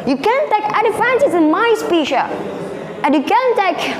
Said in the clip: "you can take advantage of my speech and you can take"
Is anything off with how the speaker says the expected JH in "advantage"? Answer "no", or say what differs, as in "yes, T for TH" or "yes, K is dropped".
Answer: yes, Z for JH